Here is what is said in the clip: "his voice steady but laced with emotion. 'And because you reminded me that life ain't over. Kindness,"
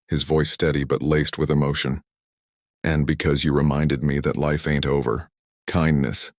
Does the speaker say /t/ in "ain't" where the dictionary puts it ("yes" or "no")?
yes